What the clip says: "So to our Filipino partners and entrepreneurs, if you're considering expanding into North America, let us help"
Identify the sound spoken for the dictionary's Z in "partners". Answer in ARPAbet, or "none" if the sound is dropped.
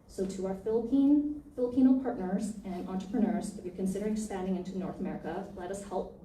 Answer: Z